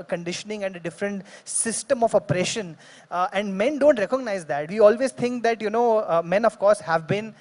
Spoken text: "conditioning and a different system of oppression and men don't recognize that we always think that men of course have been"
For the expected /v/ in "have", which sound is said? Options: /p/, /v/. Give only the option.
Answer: /v/